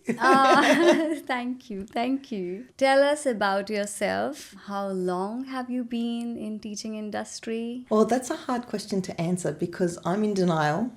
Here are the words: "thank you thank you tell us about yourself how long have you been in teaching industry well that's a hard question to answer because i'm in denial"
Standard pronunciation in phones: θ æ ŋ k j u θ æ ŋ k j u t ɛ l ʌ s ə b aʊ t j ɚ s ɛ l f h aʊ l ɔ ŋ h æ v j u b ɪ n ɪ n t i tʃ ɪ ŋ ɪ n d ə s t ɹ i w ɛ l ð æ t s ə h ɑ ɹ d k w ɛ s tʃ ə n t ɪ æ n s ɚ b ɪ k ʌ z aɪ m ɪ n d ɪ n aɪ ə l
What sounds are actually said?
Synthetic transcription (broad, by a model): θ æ ŋ k j u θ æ ŋ k j u t ɛ l ʌ s ə b aʊ t j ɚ s ɛ l f h aʊ l ɔ ŋ h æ v j u b ɪ n ɪ n t i tʃ ɪ ŋ ɪ n d ə s t ɹ i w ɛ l ð æ t s ə h ɑ ɹ d k w ɛ s tʃ ə n t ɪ æ n s ɚ b ɪ k ʌ z aɪ m ɪ n d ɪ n aɪ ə l